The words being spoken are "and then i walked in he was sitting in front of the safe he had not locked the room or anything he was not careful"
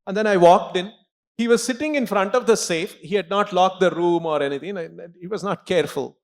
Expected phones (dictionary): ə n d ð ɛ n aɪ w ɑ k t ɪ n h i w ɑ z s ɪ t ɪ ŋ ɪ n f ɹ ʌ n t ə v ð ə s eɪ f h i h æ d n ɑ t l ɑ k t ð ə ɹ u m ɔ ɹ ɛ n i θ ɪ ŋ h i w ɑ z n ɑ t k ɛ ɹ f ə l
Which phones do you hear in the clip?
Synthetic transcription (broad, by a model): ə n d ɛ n aɪ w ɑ k t ɪ n h i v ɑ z s ɪ t ɪ ŋ ɪ n f ɹ ʌ n t ə v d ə s eɪ f h i h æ d n ɑ t l ɑ k t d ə ɹ u m ɔ ɹ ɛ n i t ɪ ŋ h i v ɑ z n ɑ t k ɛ ɹ f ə l